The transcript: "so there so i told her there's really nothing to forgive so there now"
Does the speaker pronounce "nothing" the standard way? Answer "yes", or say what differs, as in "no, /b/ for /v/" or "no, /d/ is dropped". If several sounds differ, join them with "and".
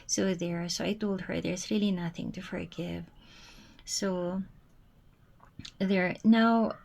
yes